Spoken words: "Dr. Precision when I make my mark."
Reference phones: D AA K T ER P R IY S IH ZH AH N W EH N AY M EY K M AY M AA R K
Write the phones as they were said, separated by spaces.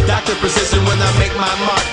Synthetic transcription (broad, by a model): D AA K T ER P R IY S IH S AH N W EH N AY M EY K M AY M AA